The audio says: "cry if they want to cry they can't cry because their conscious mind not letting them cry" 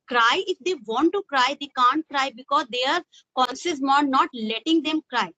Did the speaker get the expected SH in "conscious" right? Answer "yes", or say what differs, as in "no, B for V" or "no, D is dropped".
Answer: no, S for SH